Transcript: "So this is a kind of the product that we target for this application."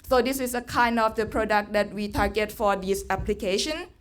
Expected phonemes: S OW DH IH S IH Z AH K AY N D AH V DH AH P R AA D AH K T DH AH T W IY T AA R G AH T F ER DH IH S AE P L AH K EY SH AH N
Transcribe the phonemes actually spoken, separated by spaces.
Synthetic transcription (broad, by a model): S OW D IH S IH S AH K AY N D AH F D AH P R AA D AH K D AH T W IY T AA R G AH T F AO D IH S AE P L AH K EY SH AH N